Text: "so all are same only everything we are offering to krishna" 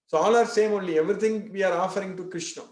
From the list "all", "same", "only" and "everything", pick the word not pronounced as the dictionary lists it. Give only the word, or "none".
everything